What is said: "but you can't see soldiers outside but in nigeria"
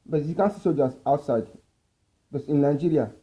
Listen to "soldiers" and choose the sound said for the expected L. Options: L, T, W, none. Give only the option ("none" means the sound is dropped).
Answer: none